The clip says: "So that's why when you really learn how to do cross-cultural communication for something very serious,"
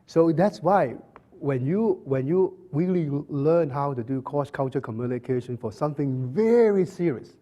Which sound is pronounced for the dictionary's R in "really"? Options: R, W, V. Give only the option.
W